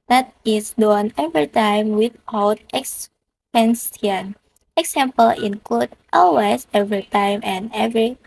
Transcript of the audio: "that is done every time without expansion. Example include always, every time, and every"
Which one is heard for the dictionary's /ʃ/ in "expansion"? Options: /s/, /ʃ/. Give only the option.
/s/